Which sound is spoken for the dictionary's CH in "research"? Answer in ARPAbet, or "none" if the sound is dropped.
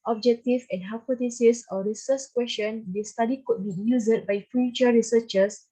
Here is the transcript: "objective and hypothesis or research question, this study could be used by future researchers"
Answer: S